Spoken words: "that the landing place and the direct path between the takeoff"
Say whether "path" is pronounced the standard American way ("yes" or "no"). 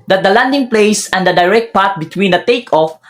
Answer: no